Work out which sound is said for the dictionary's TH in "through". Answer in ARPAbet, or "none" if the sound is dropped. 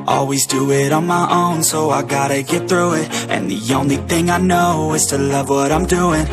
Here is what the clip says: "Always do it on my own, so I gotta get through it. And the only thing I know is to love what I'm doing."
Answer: TH